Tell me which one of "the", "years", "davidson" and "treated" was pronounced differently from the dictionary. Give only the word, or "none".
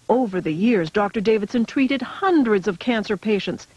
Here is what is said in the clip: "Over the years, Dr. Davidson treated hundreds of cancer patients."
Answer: none